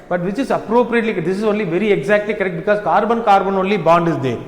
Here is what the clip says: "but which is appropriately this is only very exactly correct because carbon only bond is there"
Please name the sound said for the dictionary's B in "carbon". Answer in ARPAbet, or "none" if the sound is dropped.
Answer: B